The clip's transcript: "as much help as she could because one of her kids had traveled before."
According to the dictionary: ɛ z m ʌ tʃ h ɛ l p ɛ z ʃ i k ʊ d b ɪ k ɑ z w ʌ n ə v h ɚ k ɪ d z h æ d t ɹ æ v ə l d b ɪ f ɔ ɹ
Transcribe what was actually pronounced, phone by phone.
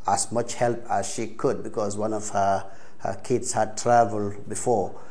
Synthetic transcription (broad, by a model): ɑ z m ʌ tʃ h ɛ l p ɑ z ʃ i k ʊ d b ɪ k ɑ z w ʌ n ə v h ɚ k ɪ d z h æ d t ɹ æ v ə l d b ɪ f ɔ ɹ